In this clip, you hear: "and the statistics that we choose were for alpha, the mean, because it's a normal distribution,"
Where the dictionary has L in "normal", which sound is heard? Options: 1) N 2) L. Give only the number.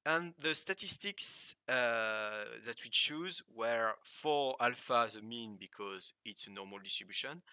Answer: 2